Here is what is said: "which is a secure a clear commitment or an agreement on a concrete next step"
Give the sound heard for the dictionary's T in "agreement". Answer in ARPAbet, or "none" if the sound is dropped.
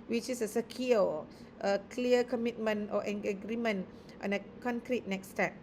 T